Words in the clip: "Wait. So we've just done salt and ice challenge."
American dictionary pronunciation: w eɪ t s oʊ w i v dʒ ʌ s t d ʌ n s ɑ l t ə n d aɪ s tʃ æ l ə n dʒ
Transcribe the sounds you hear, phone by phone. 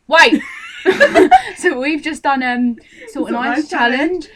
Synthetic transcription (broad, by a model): w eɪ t s oʊ w i v dʒ ʌ s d ʌ n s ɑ t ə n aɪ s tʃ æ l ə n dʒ